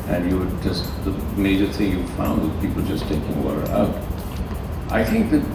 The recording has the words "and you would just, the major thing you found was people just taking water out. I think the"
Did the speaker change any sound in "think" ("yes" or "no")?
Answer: no